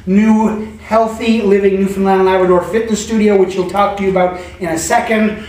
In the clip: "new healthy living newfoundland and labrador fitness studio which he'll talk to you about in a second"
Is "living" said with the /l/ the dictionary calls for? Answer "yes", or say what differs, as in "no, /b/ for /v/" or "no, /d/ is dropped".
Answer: yes